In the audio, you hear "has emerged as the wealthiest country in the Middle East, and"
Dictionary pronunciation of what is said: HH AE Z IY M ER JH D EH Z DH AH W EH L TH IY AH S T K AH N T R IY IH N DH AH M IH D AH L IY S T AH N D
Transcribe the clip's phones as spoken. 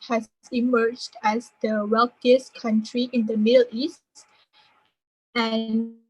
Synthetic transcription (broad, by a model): HH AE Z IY M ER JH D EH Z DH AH W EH L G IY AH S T K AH N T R IY IH N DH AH M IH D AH L IY S T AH N